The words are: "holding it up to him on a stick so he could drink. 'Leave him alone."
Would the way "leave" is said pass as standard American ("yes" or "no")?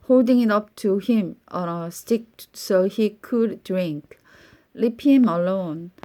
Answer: no